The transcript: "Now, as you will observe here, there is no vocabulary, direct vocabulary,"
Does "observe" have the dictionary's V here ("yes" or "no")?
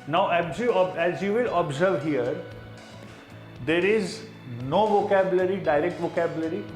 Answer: yes